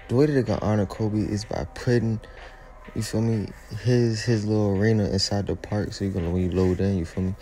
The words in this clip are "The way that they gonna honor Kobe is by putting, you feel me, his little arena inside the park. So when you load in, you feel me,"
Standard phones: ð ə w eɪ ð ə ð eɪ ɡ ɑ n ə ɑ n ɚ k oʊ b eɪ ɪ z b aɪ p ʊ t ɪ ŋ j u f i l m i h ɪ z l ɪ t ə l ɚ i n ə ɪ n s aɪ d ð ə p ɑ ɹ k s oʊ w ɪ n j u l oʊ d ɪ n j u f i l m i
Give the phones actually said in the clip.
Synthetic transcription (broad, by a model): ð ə w eɪ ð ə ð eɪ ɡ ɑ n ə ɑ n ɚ k oʊ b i ɪ z b aɪ p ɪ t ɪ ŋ j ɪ f i l m i h ɪ z l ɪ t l ɚ i n ə ɪ n s aɪ d ð ə p ɑ ɹ k s oʊ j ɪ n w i l oʊ d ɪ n j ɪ f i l m i